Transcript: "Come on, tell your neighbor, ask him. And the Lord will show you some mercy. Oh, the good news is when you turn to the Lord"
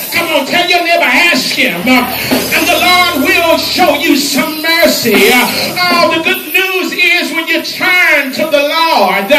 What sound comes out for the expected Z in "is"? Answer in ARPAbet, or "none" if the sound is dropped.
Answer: Z